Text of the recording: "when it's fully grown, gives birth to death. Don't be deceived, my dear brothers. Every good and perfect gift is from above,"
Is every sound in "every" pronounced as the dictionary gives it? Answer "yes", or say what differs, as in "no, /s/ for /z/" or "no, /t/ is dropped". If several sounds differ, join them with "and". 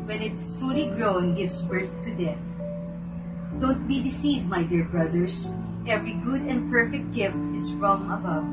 yes